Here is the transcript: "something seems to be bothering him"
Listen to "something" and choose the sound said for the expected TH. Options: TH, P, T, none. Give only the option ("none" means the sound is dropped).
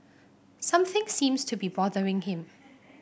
TH